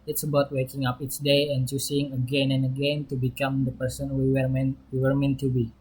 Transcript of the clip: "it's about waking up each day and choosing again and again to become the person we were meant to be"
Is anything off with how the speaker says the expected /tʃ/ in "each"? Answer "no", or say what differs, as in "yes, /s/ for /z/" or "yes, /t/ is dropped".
yes, /s/ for /tʃ/